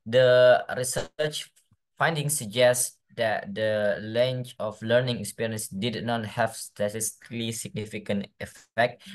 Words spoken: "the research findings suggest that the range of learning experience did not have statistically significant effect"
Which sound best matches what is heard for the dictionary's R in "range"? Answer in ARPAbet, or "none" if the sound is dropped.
L